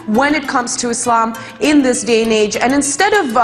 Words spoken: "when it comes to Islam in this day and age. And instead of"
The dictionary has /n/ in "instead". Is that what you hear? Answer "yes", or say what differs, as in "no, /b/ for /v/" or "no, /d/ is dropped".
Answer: yes